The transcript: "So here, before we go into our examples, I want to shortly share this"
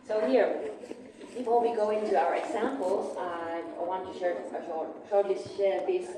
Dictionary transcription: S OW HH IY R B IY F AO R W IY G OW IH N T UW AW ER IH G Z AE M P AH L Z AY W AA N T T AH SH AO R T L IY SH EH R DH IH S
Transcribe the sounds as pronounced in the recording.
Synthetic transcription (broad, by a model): S OW HH IY R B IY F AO L W IY G OW IH N T UW AW ER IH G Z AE M P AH L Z AY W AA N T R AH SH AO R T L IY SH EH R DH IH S